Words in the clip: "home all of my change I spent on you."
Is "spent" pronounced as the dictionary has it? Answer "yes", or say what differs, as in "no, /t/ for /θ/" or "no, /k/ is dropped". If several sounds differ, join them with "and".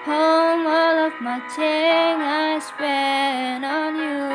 no, /t/ is dropped